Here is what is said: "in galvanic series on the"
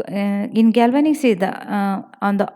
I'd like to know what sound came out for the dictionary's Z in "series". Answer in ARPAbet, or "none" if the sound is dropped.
none